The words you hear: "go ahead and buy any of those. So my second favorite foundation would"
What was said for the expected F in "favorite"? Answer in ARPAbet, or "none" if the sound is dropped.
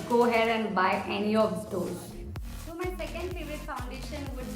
P